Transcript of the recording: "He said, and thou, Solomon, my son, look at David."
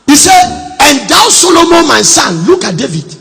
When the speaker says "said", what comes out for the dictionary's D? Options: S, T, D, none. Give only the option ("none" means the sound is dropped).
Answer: none